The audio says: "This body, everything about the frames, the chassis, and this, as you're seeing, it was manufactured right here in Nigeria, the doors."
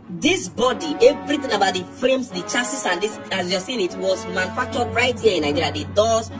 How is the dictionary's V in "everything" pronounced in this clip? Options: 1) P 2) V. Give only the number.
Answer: 2